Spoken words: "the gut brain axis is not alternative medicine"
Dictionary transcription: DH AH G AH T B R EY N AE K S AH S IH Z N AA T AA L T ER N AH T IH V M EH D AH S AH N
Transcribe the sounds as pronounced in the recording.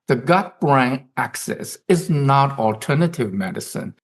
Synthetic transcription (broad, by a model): DH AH G AH T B R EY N AE K S AH S IH Z N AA T AA L T ER N AH T IH V M EH D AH S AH N